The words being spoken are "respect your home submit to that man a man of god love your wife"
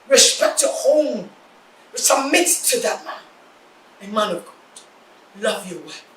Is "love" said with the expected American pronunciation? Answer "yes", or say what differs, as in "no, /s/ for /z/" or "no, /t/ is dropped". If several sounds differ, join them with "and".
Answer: yes